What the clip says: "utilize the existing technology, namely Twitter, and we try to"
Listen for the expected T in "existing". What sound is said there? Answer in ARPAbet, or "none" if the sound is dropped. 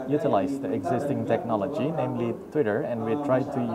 T